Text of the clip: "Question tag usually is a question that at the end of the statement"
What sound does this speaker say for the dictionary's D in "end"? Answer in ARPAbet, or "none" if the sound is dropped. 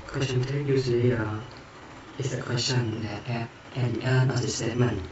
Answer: none